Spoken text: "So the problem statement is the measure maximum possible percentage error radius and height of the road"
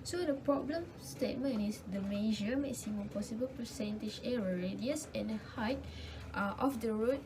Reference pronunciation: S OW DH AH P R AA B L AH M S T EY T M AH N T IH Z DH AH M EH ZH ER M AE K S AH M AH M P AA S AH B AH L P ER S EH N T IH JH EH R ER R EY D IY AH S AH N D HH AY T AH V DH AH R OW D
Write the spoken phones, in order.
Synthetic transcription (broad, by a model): S OW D AH P R AA B L AH M S T EY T M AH N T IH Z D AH M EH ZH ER M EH S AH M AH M P AA S AH B AH L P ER S EH N T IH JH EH R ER R EY D IY AH S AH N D HH AY T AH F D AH R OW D